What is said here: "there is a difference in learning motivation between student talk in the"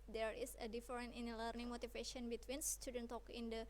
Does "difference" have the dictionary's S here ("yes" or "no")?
no